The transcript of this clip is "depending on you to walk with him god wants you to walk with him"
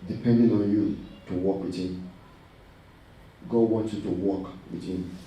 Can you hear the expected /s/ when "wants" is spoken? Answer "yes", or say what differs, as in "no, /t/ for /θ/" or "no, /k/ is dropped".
no, /s/ is dropped